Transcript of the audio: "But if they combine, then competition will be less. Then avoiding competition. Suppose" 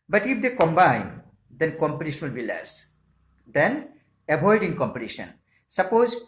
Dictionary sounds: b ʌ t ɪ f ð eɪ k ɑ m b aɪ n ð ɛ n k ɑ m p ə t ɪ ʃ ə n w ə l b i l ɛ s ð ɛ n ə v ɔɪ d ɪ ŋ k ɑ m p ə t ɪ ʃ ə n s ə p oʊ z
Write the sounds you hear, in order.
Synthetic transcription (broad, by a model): b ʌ t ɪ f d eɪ k ɑ m b aɪ n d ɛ n k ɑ m p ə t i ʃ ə n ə l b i l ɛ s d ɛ n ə b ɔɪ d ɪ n k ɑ m p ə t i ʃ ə n s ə p oʊ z